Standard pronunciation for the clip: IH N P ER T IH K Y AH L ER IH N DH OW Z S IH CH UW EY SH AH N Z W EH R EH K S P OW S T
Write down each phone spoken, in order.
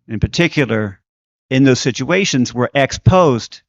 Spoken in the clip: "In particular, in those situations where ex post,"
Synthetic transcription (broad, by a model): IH N P ER T IH K Y L ER IH N DH OW Z S IH CH UW EY SH AH N Z W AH R EH K S P OW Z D